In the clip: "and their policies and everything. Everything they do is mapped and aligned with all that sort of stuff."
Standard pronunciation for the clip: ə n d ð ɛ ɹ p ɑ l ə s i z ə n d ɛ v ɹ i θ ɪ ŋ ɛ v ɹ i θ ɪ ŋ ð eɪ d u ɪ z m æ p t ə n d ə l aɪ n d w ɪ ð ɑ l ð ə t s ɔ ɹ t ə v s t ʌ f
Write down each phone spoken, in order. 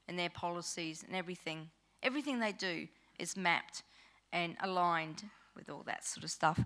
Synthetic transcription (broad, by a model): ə n ð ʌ ɹ p ɑ l ə s i z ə n ɛ v ɹ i θ ɪ ŋ ɛ v ɹ i θ ɪ ŋ ð eɪ d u ɪ z m æ p t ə n ə l aɪ n d w ɪ ð ɑ l ð ə t s ɔ ɹ t ə v s t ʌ f